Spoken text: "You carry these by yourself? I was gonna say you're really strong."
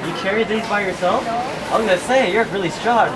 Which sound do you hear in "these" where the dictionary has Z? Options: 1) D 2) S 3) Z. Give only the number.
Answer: 3